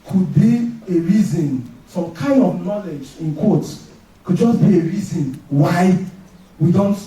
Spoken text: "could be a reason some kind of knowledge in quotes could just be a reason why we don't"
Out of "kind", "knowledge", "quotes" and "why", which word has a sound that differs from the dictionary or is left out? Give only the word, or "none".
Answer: quotes